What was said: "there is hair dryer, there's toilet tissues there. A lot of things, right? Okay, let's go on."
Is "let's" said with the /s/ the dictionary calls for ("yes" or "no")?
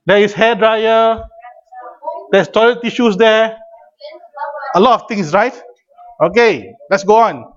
yes